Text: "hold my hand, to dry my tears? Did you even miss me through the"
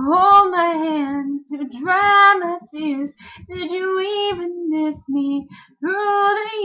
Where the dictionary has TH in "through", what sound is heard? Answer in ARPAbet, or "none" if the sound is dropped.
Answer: TH